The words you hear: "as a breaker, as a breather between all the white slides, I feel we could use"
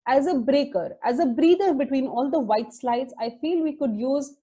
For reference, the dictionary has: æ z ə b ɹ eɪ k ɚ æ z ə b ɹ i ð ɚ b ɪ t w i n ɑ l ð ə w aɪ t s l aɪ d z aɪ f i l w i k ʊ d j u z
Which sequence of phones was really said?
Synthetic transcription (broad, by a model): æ z ə b ɹ eɪ k ɚ æ z ə b ɹ i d ɚ b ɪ t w i n ɑ l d ə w aɪ t s l aɪ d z aɪ f i l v i k ʊ d j u z